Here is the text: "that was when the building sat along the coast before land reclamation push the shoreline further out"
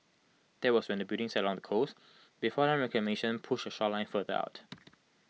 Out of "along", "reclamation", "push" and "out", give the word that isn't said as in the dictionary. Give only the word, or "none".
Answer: reclamation